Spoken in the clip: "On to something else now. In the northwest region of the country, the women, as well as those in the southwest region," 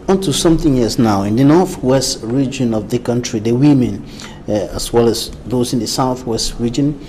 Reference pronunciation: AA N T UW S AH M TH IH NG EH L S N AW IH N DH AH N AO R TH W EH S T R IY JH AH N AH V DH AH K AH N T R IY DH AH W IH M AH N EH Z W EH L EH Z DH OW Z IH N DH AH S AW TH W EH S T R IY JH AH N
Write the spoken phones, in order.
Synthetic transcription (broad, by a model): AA N T UW S AH M TH IH NG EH S N AW IH N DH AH N AO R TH W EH S T R IY JH AH N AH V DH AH K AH N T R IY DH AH W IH M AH N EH S W EH L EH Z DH OW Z IH N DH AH S AW TH W EH S T R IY JH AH N